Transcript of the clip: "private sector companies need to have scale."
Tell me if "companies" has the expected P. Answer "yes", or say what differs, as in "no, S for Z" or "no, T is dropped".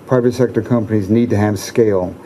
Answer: yes